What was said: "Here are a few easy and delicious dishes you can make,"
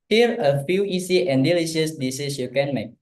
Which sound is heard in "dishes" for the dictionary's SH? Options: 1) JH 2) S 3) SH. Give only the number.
2